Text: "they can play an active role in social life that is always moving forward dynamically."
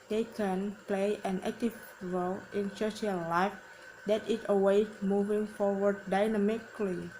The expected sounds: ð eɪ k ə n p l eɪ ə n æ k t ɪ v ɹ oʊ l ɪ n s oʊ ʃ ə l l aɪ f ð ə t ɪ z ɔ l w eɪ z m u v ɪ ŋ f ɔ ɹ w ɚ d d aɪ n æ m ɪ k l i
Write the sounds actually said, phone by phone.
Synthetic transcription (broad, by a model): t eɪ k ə n p l eɪ ə n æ k t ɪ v ɹ oʊ l ɪ n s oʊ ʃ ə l l aɪ f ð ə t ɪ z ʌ w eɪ m u v ɪ ŋ f ɔ ɹ w ɚ d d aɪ n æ m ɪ k l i